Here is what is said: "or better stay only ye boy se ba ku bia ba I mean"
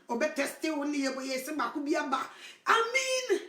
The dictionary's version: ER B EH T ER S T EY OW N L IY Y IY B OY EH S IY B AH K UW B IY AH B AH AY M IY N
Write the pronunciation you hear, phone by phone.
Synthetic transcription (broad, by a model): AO B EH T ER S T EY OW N N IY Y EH B OY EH S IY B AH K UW B IY AH B AH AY M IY N